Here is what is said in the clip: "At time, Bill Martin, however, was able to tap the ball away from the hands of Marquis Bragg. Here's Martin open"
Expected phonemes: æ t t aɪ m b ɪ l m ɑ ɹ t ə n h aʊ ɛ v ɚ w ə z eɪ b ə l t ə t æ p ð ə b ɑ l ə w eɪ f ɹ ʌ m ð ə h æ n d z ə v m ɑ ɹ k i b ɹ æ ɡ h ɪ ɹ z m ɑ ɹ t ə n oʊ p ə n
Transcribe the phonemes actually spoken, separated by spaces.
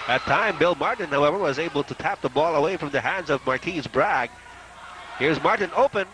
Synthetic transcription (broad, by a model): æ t t aɪ m b ɪ l m ɑ ɹ t n h aʊ ɛ v ɚ w ə z eɪ b ə l t ə t æ p ð ə b ɑ l ə w eɪ f ɹ ʌ m ð ə h æ n d z ə v m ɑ ɹ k i b ɹ æ ɡ h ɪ ɹ z m ɑ ɹ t n oʊ p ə n